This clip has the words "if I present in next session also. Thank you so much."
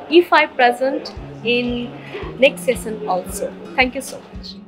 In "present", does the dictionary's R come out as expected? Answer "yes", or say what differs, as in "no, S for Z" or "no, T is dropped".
yes